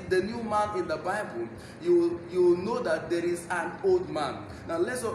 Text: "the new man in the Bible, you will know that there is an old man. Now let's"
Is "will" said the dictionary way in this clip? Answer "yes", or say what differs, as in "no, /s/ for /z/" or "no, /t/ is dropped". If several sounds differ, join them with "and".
no, /w/ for /l/